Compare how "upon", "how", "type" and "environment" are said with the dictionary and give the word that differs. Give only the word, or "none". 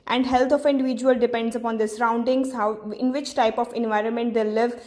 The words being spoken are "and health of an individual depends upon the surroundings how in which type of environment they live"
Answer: none